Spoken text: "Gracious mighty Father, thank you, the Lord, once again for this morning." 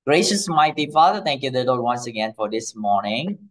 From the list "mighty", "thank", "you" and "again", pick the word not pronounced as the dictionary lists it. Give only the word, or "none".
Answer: thank